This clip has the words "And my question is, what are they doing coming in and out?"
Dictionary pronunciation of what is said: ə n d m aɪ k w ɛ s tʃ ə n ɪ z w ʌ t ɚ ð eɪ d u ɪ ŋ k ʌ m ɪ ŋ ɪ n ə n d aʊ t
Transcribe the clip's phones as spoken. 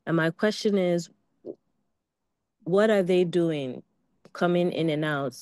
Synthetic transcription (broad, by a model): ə n m aɪ k w ɛ s tʃ ə n ɪ z w ʌ t ɚ ð eɪ d u ɪ ŋ k ʌ m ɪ ŋ ɪ n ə n aʊ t